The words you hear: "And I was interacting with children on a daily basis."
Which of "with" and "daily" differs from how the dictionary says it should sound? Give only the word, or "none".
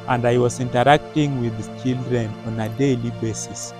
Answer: none